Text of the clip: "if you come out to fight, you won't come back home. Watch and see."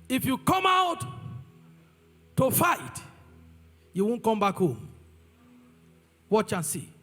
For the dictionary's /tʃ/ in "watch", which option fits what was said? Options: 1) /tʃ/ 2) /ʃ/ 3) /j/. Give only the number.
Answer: 1